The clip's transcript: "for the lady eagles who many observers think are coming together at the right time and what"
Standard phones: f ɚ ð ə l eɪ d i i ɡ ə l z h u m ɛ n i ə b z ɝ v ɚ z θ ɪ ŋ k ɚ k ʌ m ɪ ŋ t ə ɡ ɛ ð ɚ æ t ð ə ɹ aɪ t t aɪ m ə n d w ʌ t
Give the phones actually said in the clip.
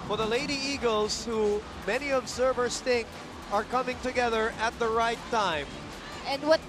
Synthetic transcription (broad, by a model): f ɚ ð ə l eɪ d i i ɡ ə l z h u m ɛ n i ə b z ɝ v ɚ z θ ɪ ŋ k ɚ k ʌ m ɪ ŋ t ə ɡ ɛ ð ɚ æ t ð ə ɹ aɪ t t aɪ m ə n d w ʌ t